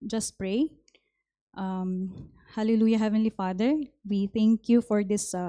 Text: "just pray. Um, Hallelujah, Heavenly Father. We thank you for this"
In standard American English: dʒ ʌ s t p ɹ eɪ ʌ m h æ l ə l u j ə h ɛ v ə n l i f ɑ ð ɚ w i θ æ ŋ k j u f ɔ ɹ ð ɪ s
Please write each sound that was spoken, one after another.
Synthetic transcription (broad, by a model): dʒ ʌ s t p ɹ eɪ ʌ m h æ l ə l u j ə h ɛ v ə n l i f ɑ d ɚ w i t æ ŋ k j u f ɔ ɹ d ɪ s